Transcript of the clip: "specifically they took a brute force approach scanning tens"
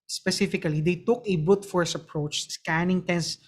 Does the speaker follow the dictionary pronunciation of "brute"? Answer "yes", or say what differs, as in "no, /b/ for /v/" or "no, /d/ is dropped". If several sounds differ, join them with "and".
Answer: no, /ɹ/ is dropped